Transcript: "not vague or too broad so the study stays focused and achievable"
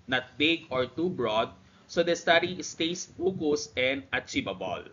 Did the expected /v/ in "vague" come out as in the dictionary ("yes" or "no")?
no